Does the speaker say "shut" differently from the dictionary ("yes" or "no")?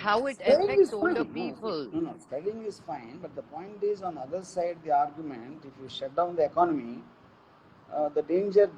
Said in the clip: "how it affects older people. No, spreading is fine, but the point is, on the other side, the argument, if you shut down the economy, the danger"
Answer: no